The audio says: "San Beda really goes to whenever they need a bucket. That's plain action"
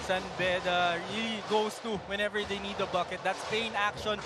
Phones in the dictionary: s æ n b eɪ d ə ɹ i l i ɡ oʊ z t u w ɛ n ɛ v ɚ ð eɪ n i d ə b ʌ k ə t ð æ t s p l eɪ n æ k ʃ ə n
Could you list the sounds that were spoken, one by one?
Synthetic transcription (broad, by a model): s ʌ n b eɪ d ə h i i ɡ oʊ s t u w ɛ n ɛ v ɚ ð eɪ n i d ə b ʌ k ə t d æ t s p eɪ n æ k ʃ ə n